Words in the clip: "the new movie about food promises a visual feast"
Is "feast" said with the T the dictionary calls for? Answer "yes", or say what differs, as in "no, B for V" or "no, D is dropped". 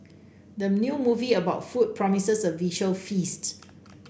yes